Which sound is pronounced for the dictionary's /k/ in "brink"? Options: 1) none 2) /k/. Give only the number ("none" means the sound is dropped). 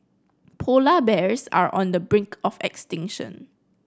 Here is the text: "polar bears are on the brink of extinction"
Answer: 2